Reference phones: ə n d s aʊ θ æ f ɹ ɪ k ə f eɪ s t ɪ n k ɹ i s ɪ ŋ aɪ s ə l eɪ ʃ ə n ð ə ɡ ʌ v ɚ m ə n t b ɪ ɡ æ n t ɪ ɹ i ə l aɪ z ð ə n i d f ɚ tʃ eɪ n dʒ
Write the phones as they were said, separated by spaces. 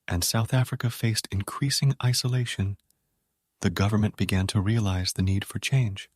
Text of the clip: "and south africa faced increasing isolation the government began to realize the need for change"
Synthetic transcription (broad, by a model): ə n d s aʊ θ æ f ɹ ɪ k ə f eɪ s t ɪ n k ɹ i s ɪ ŋ aɪ s ə l eɪ ʃ ə n ð ə ɡ ʌ v ɚ m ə n b ɪ ɡ æ n t ɪ ɹ i ə l aɪ z ð ə n i d f ɚ tʃ eɪ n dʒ